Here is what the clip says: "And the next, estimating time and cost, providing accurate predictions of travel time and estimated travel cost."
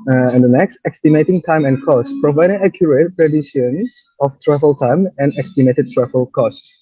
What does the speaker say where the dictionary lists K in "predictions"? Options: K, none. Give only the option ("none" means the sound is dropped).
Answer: none